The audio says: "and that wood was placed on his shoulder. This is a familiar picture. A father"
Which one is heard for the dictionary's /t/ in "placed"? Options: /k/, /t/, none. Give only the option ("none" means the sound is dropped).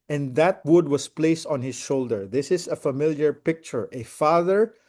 /t/